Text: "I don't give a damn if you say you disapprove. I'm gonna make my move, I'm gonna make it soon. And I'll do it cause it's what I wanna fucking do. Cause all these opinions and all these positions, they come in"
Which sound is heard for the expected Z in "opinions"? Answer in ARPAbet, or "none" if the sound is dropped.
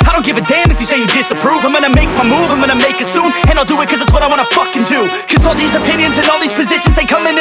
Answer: Z